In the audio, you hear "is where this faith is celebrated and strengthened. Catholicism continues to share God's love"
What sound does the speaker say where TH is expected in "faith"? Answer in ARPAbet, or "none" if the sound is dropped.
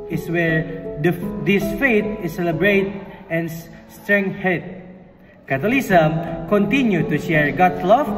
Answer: T